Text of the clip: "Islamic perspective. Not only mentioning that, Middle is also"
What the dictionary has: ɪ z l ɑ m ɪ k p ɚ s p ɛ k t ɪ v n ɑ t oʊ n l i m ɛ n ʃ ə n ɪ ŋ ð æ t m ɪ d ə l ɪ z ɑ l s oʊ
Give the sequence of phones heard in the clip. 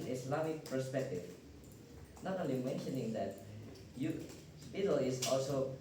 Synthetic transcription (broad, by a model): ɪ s l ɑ m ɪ k p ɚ s p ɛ k t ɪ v n ɑ t oʊ n l i m ɛ n ʃ ə n ɪ ŋ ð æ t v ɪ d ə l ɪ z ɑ l s oʊ